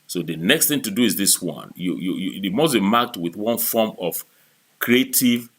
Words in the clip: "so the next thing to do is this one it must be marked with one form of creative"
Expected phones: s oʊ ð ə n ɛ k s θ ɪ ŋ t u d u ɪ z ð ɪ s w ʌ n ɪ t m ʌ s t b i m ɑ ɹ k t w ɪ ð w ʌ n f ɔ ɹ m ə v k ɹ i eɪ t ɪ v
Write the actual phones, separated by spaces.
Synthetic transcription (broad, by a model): s oʊ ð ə n ɛ k s θ ɪ ŋ t u d u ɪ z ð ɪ s w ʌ n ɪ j m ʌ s b i m ɑ k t w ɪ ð w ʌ n f ɔ m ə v k ɹ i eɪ t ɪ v